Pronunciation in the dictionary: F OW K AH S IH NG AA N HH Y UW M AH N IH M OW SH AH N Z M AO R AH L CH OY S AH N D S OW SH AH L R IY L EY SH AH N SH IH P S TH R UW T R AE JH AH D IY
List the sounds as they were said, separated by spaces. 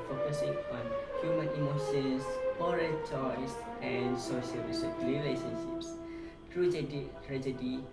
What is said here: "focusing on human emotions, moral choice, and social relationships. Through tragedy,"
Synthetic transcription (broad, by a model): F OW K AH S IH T AA N HH Y UW M AH N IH M OW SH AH N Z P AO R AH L CH OY S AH N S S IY S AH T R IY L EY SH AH N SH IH P S T R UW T R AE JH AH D IY